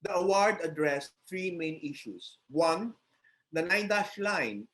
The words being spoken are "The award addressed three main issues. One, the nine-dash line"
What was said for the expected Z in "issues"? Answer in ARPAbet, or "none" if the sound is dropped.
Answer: S